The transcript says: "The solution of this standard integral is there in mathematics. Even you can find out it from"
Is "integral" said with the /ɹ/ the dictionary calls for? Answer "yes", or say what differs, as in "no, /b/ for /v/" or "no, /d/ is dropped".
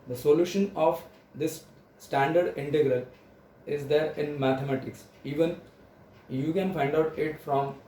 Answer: yes